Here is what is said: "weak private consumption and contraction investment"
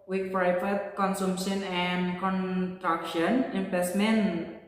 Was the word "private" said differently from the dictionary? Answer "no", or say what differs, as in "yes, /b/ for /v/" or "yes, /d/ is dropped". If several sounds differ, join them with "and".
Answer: yes, /f/ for /v/